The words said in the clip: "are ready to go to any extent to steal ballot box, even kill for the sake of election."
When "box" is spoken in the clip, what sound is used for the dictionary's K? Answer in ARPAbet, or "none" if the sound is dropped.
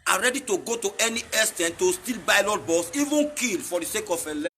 none